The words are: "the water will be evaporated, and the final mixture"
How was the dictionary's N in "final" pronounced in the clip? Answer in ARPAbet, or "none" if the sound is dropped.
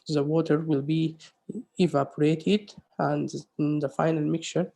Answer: N